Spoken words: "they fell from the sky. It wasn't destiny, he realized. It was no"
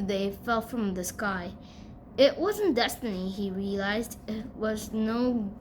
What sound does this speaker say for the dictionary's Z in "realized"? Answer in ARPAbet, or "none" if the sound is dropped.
Z